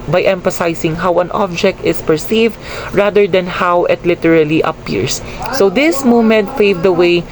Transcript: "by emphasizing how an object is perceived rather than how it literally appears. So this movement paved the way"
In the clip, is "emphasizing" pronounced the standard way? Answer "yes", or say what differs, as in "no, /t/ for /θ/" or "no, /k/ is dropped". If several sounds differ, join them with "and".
no, /s/ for /z/